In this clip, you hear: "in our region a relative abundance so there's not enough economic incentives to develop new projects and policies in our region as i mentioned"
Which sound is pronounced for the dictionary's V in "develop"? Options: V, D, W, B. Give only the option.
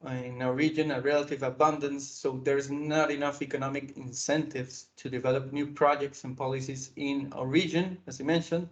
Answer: V